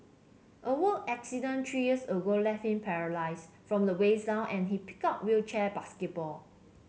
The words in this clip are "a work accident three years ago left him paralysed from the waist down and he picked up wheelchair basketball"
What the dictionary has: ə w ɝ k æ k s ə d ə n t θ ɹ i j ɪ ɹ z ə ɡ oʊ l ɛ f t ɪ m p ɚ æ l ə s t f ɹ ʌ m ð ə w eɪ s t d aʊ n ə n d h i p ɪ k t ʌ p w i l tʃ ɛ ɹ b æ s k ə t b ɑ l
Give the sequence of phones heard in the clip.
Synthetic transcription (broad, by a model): ə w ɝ æ k s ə d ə n t ɹ i j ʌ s ə ɡ oʊ l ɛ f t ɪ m p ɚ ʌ l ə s f ɹ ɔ m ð ə w eɪ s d aʊ n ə n h i p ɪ k ʌ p w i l tʃ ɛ b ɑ s k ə t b ɑ l